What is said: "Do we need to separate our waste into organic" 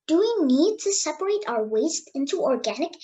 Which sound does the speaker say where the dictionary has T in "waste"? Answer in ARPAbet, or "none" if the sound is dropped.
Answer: T